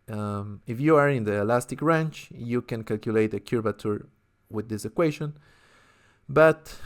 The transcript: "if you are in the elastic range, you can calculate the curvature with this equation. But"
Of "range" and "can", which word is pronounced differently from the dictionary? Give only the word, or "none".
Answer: range